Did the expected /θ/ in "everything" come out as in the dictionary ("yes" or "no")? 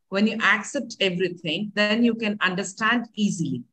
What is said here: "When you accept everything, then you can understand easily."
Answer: no